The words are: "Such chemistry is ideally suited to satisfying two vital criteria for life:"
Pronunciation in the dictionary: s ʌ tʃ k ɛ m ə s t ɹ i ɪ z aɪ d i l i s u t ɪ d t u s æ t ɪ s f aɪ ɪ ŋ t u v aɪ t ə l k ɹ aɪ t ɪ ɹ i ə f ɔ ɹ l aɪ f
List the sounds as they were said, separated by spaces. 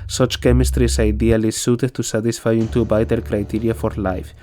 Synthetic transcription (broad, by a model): s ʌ tʃ k ɛ m ə s t ɹ i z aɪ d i l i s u t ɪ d t u s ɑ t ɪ s f aɪ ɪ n t u b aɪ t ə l k ɹ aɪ t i ɹ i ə f ɔ ɹ l aɪ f